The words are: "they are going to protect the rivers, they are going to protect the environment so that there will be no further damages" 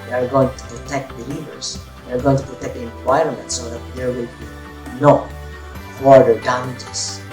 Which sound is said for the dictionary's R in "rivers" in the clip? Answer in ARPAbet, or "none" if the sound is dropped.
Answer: L